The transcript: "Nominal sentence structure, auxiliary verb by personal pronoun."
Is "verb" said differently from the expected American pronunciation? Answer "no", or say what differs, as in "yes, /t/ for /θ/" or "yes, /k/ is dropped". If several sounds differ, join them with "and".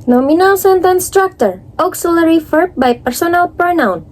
yes, /f/ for /v/